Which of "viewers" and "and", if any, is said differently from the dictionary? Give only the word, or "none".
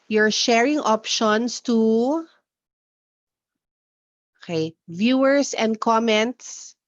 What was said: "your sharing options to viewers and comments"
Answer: viewers